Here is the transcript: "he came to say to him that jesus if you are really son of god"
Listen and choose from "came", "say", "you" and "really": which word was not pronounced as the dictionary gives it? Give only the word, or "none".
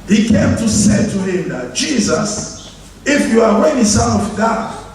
really